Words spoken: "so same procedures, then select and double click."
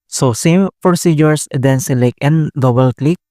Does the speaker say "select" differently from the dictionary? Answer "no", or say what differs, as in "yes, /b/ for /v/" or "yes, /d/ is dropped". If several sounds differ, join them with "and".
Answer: yes, /t/ is dropped